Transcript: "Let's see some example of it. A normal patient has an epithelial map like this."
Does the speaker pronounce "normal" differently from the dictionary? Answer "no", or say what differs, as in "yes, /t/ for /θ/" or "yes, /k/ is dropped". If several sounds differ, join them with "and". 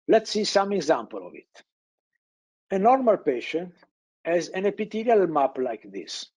no